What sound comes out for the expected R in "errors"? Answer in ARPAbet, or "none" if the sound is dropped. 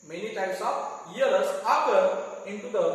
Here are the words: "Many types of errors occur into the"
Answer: none